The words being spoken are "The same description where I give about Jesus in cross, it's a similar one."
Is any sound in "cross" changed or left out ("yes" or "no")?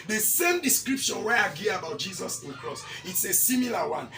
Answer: no